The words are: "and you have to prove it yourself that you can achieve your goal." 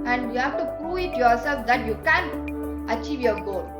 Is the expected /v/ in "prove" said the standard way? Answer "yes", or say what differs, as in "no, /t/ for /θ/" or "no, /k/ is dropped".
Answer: no, /v/ is dropped